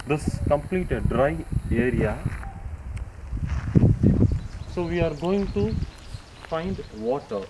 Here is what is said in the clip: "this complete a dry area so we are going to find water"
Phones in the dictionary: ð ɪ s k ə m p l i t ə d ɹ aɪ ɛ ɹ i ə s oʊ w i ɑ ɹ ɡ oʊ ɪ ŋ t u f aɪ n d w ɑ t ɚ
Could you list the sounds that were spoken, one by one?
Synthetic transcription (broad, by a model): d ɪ s k ə m p l i t ə d ɹ aɪ ɛ ɹ i ə s oʊ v i ɑ ɹ ɡ oʊ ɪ ŋ t u f aɪ n d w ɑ t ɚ